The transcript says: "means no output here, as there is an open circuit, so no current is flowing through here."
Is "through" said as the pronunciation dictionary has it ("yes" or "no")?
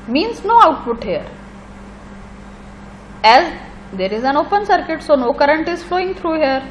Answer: no